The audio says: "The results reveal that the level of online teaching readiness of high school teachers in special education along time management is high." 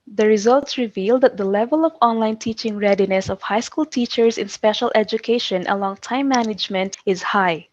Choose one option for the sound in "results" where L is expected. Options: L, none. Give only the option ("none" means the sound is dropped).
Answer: L